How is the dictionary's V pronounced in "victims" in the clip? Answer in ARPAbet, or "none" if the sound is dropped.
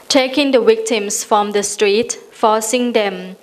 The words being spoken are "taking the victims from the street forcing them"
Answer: W